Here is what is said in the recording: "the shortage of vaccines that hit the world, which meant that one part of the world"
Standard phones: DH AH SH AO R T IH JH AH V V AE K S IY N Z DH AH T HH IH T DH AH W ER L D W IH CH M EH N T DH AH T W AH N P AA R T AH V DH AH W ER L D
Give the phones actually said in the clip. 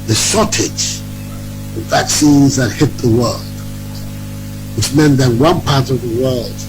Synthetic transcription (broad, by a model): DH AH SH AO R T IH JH AH V V AE K S IY N Z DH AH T HH IH T DH AH W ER L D W IH CH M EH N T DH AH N W AH N P AA R T AH V DH AH W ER L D